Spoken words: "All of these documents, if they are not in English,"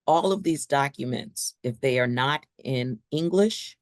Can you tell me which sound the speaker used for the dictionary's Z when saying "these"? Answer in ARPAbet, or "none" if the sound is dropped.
Z